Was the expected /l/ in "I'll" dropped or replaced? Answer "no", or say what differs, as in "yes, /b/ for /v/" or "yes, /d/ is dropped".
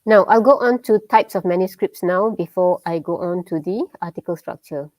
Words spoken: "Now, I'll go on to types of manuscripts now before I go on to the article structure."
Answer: no